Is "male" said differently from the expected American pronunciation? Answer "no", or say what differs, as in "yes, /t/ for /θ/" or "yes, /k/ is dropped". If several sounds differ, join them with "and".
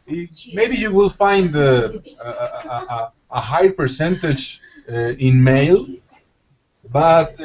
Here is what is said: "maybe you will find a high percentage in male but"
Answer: no